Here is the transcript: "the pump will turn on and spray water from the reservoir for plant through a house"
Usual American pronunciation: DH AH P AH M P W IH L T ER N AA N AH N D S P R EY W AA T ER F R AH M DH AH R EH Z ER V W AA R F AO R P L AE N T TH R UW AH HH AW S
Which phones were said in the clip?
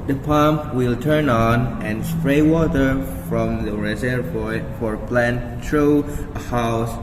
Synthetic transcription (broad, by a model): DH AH P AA M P W IH L T ER N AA N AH N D S P R EY W AA T ER F R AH M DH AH R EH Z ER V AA F AO R P L AE N T T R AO AH HH AW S